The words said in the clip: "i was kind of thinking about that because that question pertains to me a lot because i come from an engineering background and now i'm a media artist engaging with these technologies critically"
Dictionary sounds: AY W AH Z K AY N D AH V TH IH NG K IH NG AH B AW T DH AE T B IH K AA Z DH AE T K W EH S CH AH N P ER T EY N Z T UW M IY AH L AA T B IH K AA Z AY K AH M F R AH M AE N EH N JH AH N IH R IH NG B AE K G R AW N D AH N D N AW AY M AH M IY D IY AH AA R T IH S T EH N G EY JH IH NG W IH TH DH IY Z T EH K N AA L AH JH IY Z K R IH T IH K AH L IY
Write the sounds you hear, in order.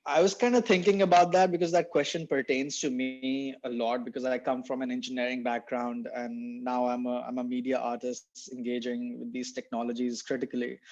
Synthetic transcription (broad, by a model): AY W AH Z K AY N D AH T IH NG K IH NG AH B AW T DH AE T B IH K AA Z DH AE T K W EH S CH AH N P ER T EY N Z T UW M IY AH L AA T B IH K AA Z AY K AH M F R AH M AE N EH N JH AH N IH R IH NG B AE K G R AW N D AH N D N AW AY M AH M IY D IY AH AA R T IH S T EH N G EY JH IH NG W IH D IY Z T EH K N AA L AH JH IY Z K R IH T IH K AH L IY